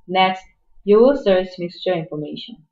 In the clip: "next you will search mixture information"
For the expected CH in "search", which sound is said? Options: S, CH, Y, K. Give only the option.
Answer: S